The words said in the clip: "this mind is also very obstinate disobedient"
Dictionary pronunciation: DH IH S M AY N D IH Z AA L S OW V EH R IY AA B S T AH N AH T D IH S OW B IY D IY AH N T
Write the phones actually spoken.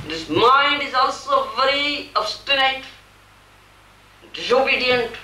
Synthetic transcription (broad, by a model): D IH S M AY N D IH Z AA L S OW V EH R IY AA B S T AH N AH T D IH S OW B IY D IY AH N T